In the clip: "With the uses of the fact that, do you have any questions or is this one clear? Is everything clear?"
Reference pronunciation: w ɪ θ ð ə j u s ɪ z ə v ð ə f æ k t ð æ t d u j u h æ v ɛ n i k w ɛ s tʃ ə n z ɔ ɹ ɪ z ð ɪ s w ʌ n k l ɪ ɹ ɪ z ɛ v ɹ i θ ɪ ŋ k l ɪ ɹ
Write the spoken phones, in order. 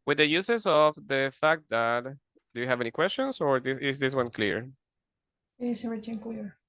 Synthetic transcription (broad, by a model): w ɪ ð ə j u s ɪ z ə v ð ə f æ k t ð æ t d u j u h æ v ɛ n i k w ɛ s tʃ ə n s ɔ ɹ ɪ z ð ɪ s w ʌ n k l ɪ ɹ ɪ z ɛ ɹ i t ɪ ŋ k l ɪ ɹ